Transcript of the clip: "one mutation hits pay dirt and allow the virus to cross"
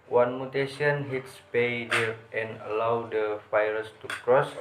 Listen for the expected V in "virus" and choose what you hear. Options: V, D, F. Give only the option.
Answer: F